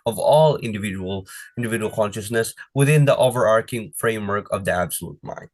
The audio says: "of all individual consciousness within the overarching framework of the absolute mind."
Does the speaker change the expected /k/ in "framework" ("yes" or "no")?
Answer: no